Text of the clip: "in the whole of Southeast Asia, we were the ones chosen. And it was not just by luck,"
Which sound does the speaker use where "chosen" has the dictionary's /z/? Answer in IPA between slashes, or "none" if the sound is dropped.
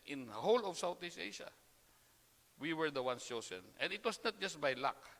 /s/